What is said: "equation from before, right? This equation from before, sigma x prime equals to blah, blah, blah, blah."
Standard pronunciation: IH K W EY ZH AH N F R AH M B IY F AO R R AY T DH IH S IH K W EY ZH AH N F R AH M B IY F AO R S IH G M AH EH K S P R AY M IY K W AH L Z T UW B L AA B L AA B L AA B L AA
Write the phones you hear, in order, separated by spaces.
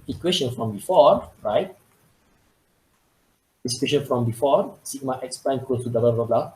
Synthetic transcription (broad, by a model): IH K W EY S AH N F R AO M B IY F AO R R AY T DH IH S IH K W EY SH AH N F R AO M B IY F AO R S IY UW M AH EH K S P L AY IH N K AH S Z T UW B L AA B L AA B L AA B L AA